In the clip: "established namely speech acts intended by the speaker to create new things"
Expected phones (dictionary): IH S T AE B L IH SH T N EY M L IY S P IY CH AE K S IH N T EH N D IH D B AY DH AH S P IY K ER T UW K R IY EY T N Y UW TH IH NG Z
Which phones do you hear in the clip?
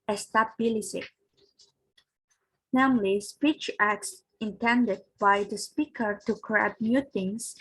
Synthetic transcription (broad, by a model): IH S T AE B L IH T N EY M L IY S P IY CH AE K S IH N T EH N D IH D B AY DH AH S P IY K ER T UW K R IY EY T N Y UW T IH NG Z